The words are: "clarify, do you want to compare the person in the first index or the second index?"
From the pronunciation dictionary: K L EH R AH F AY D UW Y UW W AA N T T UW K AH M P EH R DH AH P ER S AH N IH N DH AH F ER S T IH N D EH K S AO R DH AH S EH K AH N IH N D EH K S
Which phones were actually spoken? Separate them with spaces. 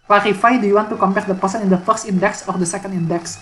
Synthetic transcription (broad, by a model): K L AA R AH F AY D UW Y UW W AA N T T UW K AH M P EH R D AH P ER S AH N IH N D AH F ER S T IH N D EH K S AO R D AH S EH K AH N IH N D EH K S